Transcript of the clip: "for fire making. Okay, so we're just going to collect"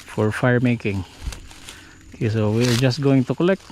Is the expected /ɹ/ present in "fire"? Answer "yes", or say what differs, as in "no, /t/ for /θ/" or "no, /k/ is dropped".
yes